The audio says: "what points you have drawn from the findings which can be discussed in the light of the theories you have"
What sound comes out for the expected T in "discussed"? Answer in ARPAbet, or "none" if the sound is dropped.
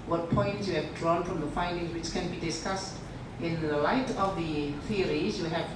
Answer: T